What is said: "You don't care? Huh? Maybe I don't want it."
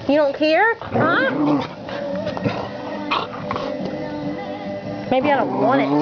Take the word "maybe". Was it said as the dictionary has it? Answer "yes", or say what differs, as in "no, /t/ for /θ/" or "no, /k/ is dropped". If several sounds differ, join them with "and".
yes